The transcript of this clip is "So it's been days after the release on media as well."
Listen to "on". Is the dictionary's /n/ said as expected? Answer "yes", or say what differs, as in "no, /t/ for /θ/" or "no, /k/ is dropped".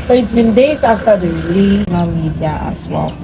no, /l/ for /n/